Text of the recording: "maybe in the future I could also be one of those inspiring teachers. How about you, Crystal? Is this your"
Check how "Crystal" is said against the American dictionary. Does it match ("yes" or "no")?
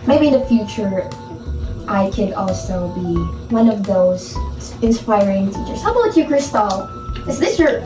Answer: yes